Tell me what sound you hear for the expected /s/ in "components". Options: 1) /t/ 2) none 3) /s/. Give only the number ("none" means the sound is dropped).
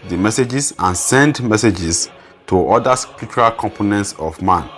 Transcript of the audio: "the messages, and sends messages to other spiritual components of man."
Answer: 3